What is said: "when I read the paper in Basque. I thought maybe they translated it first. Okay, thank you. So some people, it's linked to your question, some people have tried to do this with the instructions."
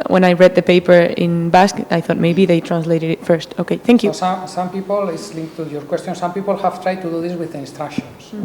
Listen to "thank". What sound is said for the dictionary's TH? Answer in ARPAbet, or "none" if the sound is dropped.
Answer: TH